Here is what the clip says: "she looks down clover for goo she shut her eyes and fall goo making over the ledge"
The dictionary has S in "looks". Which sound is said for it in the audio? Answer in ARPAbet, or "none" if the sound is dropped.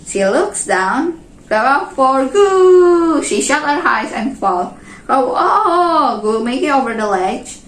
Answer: S